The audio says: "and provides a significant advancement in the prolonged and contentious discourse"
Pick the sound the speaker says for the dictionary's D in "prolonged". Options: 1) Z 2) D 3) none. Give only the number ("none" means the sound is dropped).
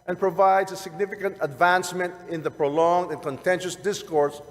2